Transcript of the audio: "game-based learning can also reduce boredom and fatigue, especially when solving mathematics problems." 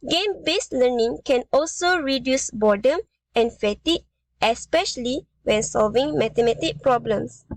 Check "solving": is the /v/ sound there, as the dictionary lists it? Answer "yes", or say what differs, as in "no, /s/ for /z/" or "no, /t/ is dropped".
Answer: yes